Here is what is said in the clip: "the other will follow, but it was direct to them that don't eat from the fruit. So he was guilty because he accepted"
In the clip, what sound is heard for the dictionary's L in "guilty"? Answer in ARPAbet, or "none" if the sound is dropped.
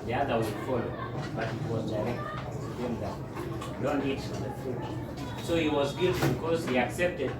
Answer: none